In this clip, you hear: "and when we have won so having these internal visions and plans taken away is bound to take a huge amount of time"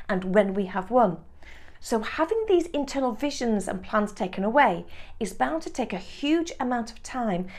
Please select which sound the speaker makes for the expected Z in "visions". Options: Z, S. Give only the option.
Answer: Z